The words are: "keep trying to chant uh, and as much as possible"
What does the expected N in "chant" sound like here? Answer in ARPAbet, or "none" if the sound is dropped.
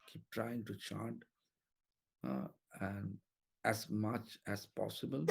none